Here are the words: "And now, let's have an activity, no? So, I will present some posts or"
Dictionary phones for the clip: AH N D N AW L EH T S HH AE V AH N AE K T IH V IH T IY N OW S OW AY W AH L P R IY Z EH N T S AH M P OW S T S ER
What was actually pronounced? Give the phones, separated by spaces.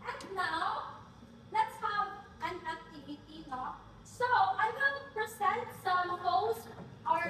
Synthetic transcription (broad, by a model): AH N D N AW L EH T S HH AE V AH N AE K T IH V IH T IY N OW S OW AY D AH N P R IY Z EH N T S AH M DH OW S T ER